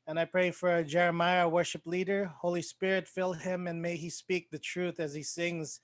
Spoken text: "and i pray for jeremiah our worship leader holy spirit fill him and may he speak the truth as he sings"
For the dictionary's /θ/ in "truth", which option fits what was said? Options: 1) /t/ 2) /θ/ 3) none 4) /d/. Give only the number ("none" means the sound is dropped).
2